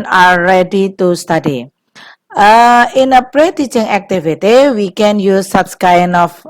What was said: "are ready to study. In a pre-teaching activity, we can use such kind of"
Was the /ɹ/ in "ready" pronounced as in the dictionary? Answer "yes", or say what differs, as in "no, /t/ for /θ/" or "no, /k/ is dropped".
no, /l/ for /ɹ/